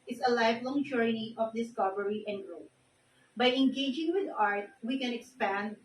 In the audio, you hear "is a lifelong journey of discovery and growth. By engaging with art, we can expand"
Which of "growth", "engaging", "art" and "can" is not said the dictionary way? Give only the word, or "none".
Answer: growth